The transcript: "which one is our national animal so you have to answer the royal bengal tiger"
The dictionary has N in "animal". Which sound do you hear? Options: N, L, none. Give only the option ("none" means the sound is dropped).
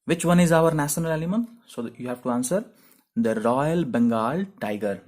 L